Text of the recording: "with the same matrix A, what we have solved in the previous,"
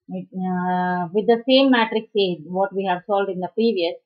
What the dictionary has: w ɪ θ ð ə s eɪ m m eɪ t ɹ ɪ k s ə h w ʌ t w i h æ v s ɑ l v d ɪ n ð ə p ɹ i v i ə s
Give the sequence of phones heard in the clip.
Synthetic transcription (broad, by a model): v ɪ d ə s eɪ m m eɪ t ɹ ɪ k s ə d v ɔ t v i h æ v s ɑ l d ɪ n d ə p ɹ i v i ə s